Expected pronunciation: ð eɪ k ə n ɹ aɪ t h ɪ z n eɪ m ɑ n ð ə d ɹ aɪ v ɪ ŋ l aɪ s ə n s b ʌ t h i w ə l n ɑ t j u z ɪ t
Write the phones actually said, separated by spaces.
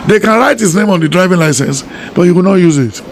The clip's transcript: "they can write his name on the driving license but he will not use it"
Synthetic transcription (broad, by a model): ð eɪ k ə n ɹ aɪ t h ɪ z n eɪ m ɑ n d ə d ɹ aɪ v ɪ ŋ l aɪ s ə n s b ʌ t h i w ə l n ɑ t j u z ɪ t